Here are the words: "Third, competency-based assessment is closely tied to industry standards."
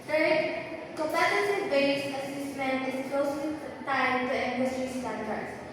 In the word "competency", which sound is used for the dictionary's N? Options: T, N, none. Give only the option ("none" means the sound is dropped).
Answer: none